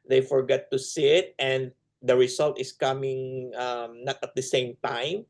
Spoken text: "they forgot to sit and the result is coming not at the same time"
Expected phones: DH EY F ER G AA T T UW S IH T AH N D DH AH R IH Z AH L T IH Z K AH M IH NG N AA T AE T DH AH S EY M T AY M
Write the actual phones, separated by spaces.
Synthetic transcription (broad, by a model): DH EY F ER G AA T T UW S IH T AH N D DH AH R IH S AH L T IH S K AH M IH NG N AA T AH T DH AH S EY M T AY M